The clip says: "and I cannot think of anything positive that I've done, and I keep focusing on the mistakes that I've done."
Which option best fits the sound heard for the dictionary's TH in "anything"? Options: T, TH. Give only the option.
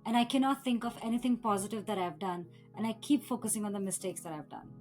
T